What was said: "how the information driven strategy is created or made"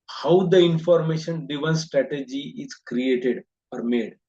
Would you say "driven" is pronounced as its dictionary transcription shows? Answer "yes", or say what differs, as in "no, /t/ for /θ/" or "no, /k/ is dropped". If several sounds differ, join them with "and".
no, /ɹ/ is dropped